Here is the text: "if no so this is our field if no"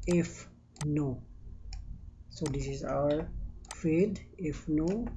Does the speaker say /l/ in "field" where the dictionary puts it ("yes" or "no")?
no